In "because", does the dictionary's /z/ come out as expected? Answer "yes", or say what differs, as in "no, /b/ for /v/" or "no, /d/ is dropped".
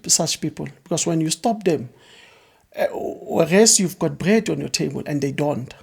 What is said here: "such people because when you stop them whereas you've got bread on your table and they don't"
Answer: no, /s/ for /z/